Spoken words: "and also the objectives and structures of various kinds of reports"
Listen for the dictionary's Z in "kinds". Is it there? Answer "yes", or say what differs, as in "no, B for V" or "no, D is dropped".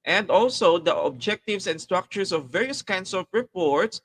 no, S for Z